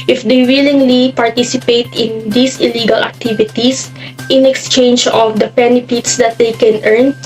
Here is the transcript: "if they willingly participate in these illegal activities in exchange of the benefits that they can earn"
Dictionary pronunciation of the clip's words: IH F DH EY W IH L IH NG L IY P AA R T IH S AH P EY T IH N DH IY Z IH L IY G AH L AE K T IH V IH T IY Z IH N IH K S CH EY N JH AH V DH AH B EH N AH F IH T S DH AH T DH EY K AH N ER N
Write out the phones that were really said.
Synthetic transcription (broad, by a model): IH F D EY W IH L IH NG L IY P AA R T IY S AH P EY T IH N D IY S IH L IY G AH L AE K T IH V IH T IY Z IH N IH K S CH EY N JH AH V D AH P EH N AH P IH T S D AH T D EY K AH N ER N